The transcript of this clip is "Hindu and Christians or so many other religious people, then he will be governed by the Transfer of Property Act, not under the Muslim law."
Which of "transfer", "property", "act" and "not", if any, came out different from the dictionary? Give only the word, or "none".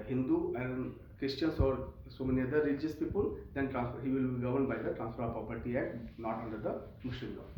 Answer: act